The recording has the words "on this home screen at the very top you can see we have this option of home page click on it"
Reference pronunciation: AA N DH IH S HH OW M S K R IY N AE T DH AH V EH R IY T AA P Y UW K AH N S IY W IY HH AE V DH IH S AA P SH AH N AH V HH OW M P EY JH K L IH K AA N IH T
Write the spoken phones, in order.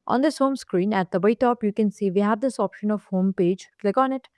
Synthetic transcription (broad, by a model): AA N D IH S HH OW M S K R IY N AE T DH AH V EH IY T AA P Y UW K AH N S IY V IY HH AE V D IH S AA P SH AH N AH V HH OW M P EY JH K L IH K AA N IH T